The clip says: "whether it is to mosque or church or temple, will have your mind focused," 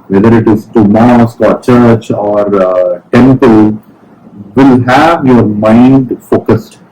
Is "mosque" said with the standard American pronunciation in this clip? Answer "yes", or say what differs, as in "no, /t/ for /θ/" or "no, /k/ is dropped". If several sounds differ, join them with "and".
yes